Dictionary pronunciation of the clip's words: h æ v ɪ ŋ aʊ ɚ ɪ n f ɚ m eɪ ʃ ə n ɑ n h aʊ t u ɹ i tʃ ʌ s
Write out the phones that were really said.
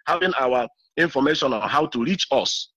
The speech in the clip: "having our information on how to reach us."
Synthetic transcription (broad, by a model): h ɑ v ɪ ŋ aʊ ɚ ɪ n f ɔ m eɪ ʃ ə n ɑ n h aʊ t u ɹ i tʃ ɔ s